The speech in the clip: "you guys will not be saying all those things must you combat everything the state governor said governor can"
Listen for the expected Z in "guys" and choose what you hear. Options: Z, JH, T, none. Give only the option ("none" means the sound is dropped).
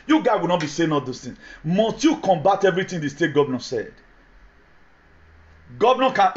none